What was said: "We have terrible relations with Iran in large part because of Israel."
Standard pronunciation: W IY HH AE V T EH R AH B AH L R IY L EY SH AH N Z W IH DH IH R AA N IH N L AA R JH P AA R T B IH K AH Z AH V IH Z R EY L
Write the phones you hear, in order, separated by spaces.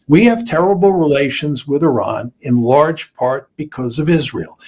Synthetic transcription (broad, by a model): W IY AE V T EH R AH B L R IY L EY SH AH N Z W IH DH IH R AA N IH N L AA R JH P AA R T B IH K AH Z AH V IH Z R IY L